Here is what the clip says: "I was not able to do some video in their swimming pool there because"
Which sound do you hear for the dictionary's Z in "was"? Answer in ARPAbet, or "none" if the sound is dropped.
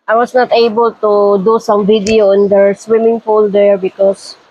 S